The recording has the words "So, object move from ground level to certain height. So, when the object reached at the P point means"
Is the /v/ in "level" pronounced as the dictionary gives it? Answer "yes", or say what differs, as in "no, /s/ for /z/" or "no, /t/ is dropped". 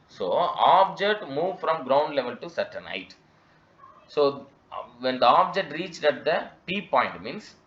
yes